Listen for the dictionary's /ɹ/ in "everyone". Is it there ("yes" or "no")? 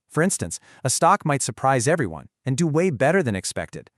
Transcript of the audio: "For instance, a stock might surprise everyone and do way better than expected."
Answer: yes